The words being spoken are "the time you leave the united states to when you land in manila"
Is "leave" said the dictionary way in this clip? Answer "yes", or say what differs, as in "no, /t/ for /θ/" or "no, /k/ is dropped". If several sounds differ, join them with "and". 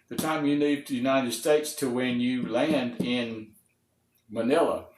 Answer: no, /n/ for /l/